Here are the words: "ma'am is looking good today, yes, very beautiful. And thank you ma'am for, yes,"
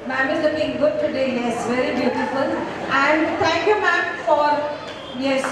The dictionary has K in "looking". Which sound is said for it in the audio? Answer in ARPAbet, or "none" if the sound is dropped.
none